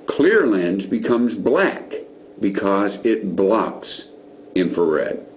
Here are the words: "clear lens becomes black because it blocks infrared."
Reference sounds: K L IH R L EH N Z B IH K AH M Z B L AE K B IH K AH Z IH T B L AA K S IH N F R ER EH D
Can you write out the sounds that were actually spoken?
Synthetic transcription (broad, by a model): K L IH R L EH N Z B IH K AH M Z B L AE K B IH K AH Z IH T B L AA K S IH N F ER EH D